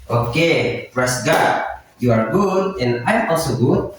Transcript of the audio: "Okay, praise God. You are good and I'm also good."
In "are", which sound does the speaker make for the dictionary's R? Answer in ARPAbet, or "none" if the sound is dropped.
R